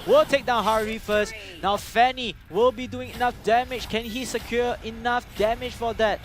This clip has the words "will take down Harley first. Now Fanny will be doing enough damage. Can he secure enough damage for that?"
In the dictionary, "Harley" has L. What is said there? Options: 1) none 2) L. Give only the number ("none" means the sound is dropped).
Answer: 1